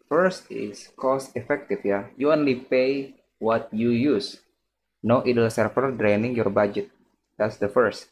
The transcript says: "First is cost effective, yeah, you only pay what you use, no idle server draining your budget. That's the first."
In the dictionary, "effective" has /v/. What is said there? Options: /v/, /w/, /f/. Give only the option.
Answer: /f/